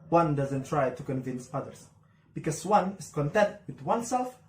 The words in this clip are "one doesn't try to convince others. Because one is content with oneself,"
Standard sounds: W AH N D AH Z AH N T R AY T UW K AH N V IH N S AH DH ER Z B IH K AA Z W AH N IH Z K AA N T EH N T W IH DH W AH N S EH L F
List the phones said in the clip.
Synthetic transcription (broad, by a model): W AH N D AH Z AH N T R AY T UW K AH N V IH N S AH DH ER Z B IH K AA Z W AH N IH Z K AA N T EH N T W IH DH W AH N S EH L F